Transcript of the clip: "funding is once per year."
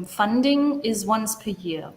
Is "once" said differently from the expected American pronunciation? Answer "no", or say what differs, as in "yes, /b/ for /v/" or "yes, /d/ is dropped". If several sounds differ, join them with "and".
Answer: no